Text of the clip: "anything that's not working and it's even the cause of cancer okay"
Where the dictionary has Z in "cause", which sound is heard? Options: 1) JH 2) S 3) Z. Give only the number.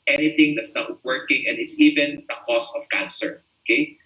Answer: 2